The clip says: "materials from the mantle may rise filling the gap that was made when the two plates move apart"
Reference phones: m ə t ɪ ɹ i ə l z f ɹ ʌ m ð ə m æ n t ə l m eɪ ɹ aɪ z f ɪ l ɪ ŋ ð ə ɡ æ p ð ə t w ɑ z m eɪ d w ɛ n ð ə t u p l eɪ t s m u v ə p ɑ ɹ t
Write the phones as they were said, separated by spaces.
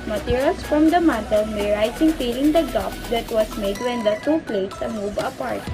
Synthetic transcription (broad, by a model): m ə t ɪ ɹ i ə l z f ɹ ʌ m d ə m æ t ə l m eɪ ɹ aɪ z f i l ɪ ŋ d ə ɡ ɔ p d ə t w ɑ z m eɪ d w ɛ n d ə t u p l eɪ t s m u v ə p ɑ ɹ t